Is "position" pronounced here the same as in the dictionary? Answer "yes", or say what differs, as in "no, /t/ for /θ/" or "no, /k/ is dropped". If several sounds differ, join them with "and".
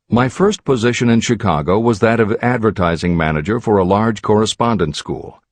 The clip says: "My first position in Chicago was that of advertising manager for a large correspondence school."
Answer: yes